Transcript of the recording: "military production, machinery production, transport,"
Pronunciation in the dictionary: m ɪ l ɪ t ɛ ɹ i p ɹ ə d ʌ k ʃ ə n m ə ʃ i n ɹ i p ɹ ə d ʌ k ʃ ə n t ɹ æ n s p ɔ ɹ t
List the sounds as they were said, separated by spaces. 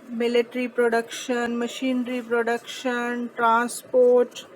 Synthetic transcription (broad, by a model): m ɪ l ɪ t ɹ i p ɹ ə d ʌ k ʃ ə n m ə ʃ i n ɹ i p ɹ ə d ʌ k ʃ ə n t ɹ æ n s p ɔ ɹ t